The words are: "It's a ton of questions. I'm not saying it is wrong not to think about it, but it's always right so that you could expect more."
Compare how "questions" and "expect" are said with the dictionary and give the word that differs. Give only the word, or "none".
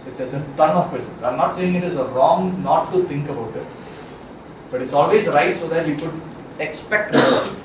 questions